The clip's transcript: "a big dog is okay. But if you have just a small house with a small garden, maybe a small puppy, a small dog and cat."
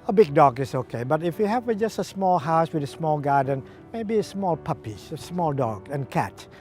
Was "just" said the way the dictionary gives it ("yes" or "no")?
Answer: yes